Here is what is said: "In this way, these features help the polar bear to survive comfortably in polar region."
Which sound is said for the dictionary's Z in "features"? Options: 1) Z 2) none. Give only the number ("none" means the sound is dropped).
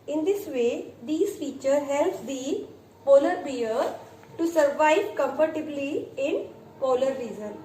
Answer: 2